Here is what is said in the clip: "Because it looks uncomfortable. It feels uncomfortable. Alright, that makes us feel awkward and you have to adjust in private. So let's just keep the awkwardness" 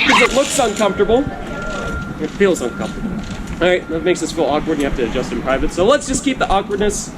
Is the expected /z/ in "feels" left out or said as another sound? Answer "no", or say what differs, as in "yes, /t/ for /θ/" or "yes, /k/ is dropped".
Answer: no